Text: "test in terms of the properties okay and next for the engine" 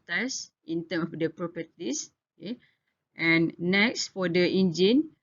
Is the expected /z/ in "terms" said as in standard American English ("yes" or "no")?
no